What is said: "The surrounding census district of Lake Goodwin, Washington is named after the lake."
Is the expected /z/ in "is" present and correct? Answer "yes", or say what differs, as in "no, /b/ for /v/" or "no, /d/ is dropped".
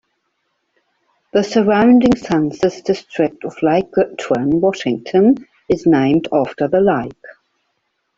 yes